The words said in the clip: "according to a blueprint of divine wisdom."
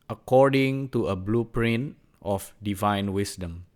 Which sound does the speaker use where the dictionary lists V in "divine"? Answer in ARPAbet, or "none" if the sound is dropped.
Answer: V